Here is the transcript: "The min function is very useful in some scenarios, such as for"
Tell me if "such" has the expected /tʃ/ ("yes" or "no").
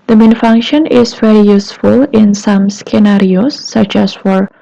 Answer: yes